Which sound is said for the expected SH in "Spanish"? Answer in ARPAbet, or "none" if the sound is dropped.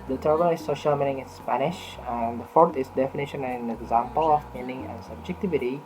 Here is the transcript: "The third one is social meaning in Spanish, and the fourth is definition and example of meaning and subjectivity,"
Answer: SH